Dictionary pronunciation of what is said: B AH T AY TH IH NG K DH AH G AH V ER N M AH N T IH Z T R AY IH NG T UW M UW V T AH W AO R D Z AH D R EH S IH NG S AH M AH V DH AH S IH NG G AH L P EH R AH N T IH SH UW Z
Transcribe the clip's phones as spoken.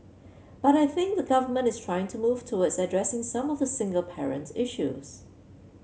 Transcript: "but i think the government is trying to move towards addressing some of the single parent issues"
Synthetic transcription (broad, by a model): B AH T AY TH IH NG K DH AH G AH V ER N M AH N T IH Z T R AY IH NG T UW M UW V T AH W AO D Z AH D R EH S IH NG S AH M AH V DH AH S IH NG G AH L P EH R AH N T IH SH UW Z